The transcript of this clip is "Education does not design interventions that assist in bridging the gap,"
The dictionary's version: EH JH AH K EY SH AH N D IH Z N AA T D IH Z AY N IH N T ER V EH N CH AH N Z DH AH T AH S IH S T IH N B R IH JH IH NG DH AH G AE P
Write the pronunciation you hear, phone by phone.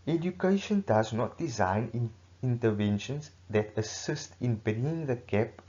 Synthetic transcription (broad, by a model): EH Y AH K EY SH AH N D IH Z N AA T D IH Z AY N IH N T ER V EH N SH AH N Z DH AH T AH S IH S T IH N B EH IH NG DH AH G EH P